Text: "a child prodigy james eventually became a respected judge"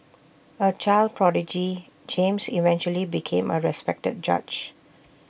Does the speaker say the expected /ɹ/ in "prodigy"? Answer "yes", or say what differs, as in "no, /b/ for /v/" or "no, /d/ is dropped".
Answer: yes